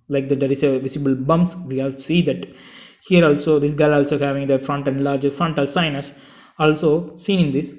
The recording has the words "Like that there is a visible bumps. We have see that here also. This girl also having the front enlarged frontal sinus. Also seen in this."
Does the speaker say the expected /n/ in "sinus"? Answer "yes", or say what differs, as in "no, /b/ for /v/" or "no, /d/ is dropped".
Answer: yes